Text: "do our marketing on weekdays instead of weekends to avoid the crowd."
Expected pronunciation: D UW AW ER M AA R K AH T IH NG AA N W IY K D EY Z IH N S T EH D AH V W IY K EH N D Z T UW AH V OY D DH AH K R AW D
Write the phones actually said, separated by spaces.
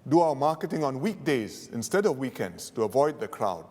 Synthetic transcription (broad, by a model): D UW AW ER M AA K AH T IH NG AA N W IY K D EY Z IH N S T EH D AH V W IY K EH N D S T UW AH V OY D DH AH K R AW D